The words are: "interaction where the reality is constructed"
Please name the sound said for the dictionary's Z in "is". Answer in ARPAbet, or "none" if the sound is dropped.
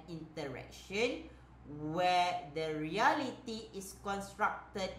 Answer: S